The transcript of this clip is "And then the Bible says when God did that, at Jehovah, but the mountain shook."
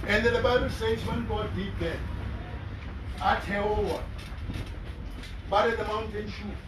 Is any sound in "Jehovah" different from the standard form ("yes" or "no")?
yes